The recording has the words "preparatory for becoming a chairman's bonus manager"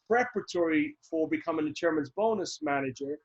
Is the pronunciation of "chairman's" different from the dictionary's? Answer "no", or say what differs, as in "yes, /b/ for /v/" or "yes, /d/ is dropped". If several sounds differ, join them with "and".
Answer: no